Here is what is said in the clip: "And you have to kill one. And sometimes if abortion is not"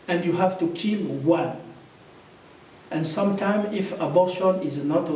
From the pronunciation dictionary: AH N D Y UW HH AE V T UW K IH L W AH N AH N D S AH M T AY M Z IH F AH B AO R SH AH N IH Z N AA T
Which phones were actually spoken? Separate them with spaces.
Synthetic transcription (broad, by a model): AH N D Y UW HH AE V T UW K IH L W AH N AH N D S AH M T AY M IH F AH B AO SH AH N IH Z N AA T